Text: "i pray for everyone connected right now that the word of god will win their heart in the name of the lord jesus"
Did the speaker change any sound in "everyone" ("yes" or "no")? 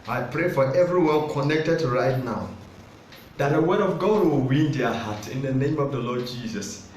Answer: yes